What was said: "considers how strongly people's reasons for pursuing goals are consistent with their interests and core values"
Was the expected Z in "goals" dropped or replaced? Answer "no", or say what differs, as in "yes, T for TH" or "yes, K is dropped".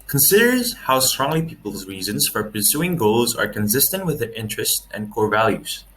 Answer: no